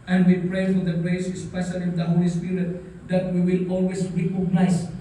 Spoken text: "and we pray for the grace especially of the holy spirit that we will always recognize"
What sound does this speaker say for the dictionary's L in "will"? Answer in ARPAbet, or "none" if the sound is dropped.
L